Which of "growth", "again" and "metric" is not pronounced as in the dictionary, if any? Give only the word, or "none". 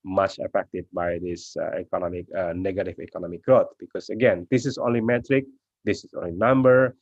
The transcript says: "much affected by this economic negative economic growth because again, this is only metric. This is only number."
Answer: growth